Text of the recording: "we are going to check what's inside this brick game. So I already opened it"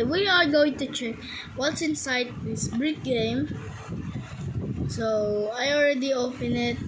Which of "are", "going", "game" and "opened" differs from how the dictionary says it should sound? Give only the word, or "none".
opened